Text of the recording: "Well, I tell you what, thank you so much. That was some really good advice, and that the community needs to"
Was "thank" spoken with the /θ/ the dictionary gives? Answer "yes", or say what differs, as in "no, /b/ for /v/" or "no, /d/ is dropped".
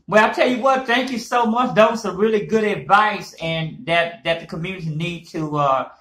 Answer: yes